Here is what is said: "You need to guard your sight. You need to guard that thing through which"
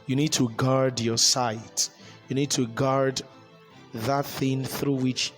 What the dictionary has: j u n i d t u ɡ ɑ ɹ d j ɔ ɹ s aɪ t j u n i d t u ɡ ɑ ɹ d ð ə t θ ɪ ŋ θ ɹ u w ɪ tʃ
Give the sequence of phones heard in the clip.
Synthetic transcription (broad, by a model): j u n i d t u ɡ ɑ ɹ d j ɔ s aɪ t j u n i d t u ɡ ɑ ɹ d ð ə t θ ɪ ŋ θ ɹ u w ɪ tʃ